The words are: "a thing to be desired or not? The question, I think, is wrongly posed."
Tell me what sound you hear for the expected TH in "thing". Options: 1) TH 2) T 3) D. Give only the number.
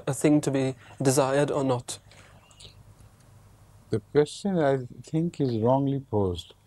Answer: 1